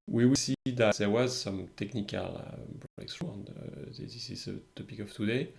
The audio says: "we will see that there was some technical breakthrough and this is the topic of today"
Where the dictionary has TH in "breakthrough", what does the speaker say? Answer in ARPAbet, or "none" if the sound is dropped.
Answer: S